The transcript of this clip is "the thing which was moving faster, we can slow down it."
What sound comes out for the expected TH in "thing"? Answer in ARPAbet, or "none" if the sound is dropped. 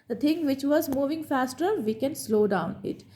T